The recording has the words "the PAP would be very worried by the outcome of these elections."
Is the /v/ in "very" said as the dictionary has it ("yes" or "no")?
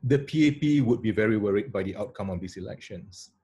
yes